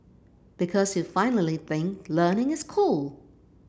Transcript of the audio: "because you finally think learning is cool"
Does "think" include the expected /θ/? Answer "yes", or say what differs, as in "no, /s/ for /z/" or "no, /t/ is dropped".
yes